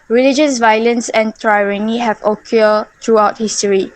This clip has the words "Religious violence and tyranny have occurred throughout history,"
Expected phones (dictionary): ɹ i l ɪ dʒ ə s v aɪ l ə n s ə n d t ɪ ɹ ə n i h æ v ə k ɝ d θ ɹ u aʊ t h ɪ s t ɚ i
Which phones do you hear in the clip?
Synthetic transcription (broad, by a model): ɹ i l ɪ dʒ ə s v aɪ l ə n s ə n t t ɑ ɹ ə n i h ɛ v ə k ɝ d t ɹ u aʊ t h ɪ s t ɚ i